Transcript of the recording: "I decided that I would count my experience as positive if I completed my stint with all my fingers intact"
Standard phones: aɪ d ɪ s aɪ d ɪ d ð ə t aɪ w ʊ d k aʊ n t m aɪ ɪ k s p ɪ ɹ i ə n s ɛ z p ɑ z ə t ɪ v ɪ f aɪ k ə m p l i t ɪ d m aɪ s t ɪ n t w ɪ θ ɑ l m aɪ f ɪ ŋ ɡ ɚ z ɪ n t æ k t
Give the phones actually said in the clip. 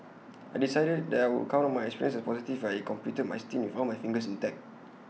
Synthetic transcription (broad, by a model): aɪ d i s aɪ d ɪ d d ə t aɪ w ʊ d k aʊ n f m aɪ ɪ k s p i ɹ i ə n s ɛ s p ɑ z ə t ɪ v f aɪ k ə m p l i t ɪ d m aɪ s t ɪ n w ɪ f ɑ n m aɪ f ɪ ŋ ɡ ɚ s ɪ n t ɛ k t